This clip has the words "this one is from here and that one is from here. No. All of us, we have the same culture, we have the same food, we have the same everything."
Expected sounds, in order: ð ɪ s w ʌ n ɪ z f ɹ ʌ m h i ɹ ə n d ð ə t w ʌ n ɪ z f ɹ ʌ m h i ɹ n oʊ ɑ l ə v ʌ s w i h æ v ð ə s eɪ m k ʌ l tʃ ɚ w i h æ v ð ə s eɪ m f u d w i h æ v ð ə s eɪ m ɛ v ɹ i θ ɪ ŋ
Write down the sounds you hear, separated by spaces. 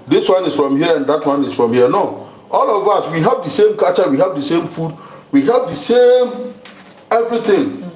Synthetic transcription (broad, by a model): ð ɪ s w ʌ n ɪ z f ɹ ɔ m h i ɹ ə n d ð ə t w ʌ n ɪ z f ɹ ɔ m h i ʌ n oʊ ɑ l ə v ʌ s w i h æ v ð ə s eɪ m k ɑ tʃ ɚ w i h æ v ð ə s eɪ m f u d w i h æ v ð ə s eɪ m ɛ v ɹ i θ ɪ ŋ